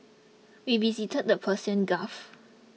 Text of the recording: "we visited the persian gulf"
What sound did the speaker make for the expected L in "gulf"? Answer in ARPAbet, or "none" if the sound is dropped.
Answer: none